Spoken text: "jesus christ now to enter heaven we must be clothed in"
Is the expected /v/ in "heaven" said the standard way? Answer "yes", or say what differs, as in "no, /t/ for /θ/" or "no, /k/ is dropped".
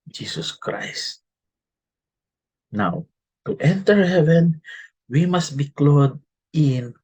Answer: yes